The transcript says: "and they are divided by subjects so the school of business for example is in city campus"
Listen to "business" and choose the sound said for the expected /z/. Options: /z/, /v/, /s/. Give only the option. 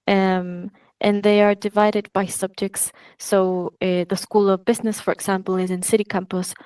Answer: /z/